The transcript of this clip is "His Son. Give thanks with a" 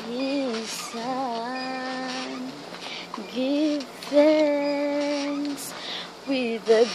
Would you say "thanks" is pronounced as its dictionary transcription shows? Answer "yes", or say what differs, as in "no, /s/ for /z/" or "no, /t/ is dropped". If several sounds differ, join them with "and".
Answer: no, /k/ is dropped